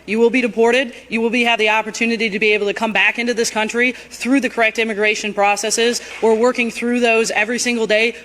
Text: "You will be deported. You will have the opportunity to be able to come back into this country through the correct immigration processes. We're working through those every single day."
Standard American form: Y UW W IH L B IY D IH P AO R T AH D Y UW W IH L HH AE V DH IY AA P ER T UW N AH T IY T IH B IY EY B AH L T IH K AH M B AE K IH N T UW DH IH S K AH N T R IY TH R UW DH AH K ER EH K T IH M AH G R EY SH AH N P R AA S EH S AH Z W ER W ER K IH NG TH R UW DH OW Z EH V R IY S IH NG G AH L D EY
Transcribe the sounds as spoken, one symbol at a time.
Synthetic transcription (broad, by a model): Y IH W IH L B IY D IH P AO R T AH D Y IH W IH L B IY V DH IY AA P ER T UW N AH T IY T IH B IY EY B L T IH K AH M B AE K IH N T UW DH IH S K AH N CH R IY TH R UW DH AH K ER EH K T IH M AH G R EY SH AH N P R AA S EH S AH Z W ER W ER K IH NG TH R UW DH OW Z EH V R IY S IH NG G L D EY